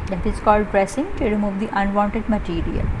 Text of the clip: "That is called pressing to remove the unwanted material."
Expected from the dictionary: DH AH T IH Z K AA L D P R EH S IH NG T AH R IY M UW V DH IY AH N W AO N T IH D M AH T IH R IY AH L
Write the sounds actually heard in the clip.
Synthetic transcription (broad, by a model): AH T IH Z K AA L D P R EH S IH NG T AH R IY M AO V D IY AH N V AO N T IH D M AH T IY R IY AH L